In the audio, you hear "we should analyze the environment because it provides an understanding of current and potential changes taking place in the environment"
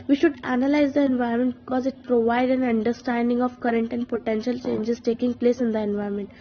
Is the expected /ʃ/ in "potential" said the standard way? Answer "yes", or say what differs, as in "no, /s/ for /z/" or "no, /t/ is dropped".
yes